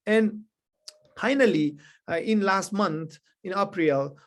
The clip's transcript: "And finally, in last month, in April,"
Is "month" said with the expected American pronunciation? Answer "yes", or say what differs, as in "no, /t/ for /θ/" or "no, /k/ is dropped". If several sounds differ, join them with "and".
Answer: no, /t/ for /θ/